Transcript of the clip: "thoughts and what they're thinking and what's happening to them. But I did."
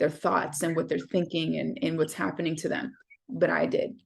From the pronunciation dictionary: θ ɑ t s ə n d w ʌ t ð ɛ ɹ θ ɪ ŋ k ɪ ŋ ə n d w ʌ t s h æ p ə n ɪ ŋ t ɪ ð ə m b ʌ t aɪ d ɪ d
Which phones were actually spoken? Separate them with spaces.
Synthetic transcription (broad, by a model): θ ɑ t s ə n w ʌ t ð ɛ ɹ θ ɪ ŋ k ɪ ŋ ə n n w ʌ t s h æ p ə n ɪ ŋ t ɪ ð ə m b ʌ t aɪ d ɪ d